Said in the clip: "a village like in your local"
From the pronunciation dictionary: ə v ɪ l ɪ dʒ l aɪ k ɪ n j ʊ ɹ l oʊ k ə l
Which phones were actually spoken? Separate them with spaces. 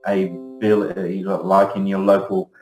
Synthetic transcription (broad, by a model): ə b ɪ l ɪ l aɪ k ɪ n j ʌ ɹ l oʊ k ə l